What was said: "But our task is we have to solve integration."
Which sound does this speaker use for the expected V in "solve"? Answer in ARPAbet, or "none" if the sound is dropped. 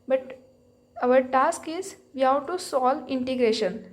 none